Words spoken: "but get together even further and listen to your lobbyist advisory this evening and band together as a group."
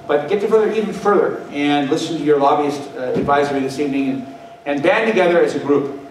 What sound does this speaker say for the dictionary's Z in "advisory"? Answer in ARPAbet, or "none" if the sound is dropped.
Z